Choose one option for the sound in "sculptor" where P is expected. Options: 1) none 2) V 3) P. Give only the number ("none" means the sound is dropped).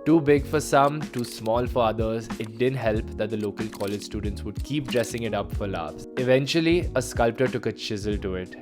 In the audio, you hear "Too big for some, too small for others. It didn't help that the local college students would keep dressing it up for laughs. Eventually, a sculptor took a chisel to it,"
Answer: 3